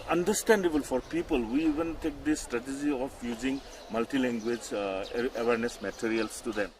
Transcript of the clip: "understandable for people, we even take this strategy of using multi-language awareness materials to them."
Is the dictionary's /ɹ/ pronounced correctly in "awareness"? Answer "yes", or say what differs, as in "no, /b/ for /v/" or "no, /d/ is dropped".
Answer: yes